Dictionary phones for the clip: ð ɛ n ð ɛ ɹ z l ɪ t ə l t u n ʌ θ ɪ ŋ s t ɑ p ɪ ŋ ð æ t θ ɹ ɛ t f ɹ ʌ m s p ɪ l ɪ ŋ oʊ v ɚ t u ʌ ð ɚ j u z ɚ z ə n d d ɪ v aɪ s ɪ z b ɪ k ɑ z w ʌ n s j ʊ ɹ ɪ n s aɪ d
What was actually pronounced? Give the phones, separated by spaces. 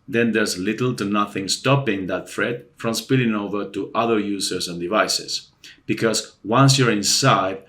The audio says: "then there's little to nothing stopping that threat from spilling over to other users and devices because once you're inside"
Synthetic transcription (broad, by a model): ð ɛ n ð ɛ ɹ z l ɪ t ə l t u n ʌ θ ɪ ŋ s t ɑ p ɪ ŋ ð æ t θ ɹ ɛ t f ɹ ʌ m s p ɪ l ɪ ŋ oʊ v ɚ t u ʌ ð ɚ j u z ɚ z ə n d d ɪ v aɪ s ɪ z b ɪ k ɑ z w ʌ n s j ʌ ɹ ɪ n s aɪ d